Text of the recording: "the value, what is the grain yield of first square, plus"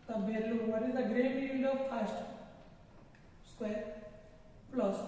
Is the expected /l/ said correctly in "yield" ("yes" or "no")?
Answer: no